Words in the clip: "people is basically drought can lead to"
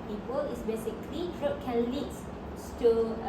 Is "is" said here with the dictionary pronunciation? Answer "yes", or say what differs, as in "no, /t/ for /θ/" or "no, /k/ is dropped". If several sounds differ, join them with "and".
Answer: no, /s/ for /z/